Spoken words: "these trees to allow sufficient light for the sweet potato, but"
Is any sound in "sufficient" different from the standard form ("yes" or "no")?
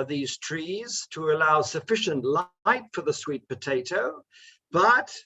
no